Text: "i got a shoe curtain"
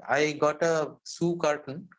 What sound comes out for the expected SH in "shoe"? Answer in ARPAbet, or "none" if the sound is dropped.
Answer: S